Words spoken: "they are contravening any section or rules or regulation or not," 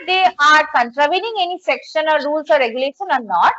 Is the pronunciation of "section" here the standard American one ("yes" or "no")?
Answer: yes